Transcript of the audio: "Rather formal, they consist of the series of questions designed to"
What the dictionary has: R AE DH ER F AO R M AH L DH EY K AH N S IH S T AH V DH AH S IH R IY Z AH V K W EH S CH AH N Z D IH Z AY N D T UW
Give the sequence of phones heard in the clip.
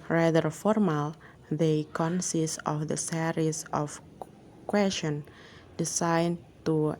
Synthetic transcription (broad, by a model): R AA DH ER F AO R M AH L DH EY K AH N S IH S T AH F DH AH S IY R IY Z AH F K W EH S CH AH N D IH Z AY N T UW